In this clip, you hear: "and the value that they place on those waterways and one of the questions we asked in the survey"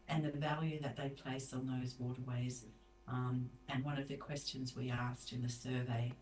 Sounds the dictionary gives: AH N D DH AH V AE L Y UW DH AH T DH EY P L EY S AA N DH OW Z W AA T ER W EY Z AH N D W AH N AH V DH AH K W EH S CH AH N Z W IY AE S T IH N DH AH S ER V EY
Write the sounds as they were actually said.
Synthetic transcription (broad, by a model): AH N DH AH V AE L Y UW DH AH T DH EY P L EY S N DH OW Z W AA T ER W EY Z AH N W AH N AH V DH AH K W EH S CH AH N Z W IY AE S T IH N DH AH S ER V EY